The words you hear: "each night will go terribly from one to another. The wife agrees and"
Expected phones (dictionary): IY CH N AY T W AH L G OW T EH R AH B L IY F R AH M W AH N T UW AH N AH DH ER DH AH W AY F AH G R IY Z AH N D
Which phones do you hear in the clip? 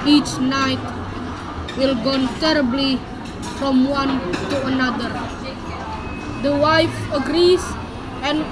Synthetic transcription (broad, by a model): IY CH N AY T W AH L G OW T EH R AH B L IY F R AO M W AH N T UW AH N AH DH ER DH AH W AY F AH G R IY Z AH N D